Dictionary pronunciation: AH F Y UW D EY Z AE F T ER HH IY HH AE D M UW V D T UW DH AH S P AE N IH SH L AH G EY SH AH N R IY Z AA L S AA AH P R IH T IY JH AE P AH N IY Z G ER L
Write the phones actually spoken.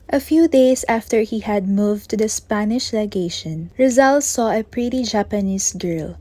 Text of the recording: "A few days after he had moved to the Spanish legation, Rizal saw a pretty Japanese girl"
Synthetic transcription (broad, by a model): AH F Y UW D EY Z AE F T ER HH IY HH AE D M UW V T UW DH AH S P AE N IH SH L AH G EY SH AH N R IY Z AA L S AA AH P R IH T IY JH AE P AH N IY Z G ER L